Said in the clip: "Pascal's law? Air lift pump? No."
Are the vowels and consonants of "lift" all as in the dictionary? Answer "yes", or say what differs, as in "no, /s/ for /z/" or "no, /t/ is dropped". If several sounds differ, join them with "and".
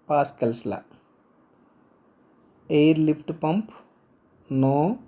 no, /p/ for /f/